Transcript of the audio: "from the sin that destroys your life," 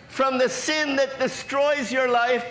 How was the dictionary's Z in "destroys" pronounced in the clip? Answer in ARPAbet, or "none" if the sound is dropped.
Z